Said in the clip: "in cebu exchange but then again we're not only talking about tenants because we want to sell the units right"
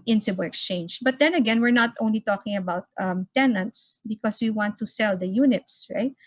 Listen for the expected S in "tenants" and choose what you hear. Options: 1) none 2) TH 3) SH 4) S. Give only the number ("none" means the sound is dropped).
4